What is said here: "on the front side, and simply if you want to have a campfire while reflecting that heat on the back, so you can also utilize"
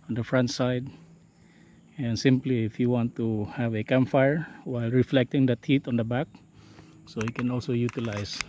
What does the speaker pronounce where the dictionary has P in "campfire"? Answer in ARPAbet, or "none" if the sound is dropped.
none